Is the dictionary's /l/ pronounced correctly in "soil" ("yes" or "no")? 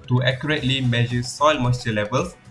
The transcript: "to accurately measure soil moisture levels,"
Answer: yes